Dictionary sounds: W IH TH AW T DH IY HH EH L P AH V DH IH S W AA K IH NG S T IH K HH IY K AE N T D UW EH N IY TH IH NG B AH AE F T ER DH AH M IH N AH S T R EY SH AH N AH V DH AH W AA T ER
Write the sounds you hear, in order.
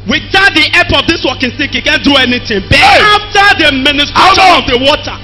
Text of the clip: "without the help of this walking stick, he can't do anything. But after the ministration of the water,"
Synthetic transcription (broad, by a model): W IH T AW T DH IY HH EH P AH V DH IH S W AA K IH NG S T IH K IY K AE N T D UW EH N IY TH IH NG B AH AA F T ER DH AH M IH N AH S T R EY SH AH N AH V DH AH W AA T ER